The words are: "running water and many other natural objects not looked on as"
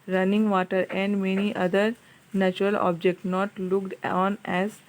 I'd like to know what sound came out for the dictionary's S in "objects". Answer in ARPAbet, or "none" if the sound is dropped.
none